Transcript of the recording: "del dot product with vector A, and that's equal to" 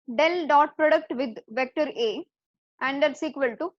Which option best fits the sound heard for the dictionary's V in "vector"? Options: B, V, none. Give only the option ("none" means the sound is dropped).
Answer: V